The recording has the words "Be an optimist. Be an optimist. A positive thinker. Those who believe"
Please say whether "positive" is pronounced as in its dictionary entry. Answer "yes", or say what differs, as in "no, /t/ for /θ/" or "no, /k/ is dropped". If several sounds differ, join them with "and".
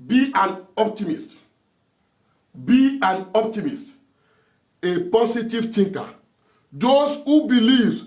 no, /s/ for /z/